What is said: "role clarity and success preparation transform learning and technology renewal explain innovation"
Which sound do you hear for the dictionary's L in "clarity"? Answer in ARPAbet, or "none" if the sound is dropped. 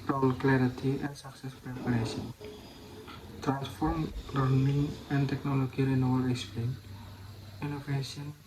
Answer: L